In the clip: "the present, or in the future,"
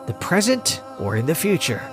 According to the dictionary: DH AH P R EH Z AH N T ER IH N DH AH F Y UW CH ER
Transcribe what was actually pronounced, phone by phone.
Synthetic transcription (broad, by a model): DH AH P R EH Z AH N T ER IH N DH AH F Y UW CH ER